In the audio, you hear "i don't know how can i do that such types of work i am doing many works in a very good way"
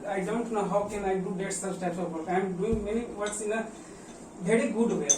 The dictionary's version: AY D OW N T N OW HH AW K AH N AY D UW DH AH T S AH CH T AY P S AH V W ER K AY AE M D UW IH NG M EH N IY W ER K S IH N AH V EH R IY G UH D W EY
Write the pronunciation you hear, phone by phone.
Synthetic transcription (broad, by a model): AY D OW N T N OW HH AW K AH N AY D UW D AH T S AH S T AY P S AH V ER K AY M D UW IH NG M EH N IY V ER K S IH N AH V EH R IY G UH D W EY